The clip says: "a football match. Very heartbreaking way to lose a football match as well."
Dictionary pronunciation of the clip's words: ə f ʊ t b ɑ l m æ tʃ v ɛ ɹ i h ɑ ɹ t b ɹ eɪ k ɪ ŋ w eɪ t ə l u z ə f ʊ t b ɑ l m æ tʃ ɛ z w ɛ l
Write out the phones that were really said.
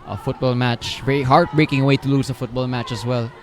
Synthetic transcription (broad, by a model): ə f ʊ t b ɑ l m æ tʃ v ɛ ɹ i h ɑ ɹ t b ɹ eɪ k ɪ ŋ w eɪ t ə l u s ə f ʊ t b ɑ l m æ tʃ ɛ s w ɛ l